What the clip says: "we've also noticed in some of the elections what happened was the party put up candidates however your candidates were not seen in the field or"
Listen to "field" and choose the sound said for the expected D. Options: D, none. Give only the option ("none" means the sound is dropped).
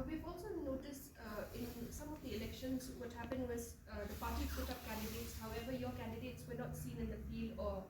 none